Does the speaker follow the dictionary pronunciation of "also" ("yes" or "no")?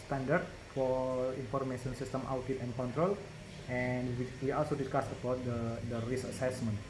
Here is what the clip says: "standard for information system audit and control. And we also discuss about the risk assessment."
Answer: yes